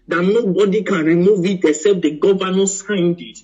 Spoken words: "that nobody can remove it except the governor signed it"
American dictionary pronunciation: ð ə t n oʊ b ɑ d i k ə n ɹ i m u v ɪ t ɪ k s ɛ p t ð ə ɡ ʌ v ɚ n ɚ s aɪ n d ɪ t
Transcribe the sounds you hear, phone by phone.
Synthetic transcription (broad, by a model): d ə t n oʊ b ɑ d i k ə n ɹ i m u v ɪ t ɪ s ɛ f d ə ɡ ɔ v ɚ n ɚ s aɪ n d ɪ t